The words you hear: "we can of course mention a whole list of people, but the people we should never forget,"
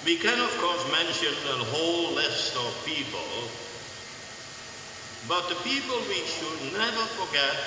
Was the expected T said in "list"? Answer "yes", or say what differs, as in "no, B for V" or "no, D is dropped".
yes